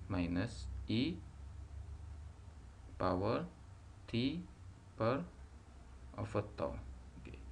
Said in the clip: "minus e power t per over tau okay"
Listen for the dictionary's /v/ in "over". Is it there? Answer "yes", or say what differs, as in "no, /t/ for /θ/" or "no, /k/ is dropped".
no, /f/ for /v/